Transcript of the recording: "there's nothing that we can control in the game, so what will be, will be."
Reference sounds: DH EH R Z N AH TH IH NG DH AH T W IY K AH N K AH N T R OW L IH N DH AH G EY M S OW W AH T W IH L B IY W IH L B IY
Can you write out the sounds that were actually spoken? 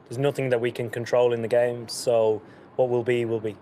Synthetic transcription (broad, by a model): DH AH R Z N AH TH IH NG DH AH T W IY K AH N K AH N T R OW L IH N DH AH G EY M S OW W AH T W IH L B IY W IH L B IY